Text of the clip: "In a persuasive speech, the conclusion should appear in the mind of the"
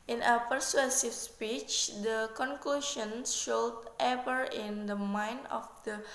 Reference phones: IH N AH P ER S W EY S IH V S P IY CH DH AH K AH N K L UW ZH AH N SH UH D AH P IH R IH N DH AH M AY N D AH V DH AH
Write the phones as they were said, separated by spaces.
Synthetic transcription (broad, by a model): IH N AH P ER S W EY S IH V S P IY CH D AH K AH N K L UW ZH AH N SH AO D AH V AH R IH N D AH M AY N AH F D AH